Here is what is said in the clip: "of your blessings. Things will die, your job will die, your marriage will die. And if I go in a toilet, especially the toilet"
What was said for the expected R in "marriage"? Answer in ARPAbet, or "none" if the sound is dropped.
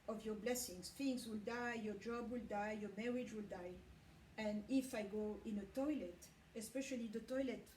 R